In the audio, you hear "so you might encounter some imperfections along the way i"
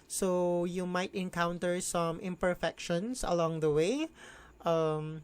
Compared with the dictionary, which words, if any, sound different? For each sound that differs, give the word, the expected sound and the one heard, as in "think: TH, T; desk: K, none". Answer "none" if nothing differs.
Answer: imperfections: Z, S